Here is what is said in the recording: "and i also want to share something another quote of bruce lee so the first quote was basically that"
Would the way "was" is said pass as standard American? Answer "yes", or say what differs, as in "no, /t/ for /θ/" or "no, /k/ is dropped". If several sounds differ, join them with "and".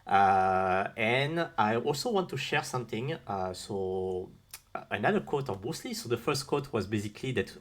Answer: yes